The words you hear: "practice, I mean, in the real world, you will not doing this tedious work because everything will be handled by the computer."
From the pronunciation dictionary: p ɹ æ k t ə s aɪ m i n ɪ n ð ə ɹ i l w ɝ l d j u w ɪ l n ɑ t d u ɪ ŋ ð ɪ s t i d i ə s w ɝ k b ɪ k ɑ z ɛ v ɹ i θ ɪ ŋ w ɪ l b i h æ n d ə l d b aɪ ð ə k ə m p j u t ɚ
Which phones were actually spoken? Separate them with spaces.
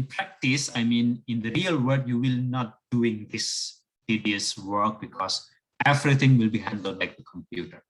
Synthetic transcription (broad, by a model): p ɹ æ k t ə s aɪ m i n ɪ n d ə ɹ i l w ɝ d j u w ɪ l n ɑ t d u ɪ ŋ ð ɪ s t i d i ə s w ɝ k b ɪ k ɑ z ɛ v ɹ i t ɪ ŋ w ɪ l b i h æ n d ə l d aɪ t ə k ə m p j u t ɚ